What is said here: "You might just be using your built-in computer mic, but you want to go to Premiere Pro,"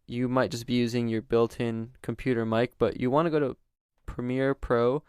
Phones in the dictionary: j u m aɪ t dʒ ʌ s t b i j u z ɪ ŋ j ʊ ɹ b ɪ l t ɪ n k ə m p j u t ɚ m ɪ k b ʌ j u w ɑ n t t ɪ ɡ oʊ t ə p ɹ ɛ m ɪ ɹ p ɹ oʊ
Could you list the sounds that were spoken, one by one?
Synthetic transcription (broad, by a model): j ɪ m aɪ t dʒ ʌ s b i j u z ɪ ŋ j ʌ ɹ b ɪ l t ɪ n k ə m p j u t ɚ m ɪ k b ʌ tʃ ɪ w ɑ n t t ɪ ɡ oʊ t ə p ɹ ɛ m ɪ ɹ p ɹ oʊ